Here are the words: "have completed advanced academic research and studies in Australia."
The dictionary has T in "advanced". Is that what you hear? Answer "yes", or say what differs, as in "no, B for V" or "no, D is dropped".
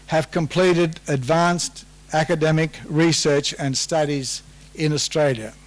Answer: yes